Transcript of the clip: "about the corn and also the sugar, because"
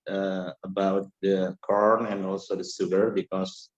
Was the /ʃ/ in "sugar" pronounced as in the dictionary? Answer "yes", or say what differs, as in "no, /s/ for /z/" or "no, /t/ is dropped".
no, /s/ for /ʃ/